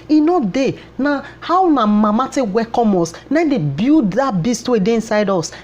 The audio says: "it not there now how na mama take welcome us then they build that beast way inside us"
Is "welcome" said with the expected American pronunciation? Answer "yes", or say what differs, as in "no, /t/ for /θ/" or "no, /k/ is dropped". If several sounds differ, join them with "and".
no, /l/ is dropped